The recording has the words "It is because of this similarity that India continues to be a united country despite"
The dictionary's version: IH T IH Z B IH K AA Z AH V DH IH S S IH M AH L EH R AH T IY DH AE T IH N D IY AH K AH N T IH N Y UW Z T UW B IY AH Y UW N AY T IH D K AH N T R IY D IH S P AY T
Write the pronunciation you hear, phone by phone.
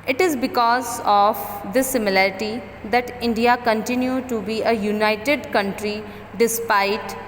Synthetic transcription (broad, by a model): IH T IH Z B IH K AA Z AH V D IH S S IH M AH L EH R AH T IY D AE T IH N D IY AH K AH N T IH N Y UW T UW B IY AH Y UW N AY T IH D K AH N T R IY D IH S P AY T